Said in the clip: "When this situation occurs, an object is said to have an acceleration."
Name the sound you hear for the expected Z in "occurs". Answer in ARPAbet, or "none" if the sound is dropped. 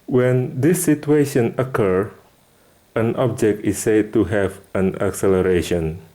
none